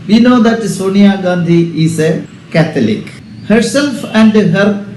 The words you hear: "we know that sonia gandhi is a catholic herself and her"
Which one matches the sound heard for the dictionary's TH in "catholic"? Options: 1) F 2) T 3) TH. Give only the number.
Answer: 2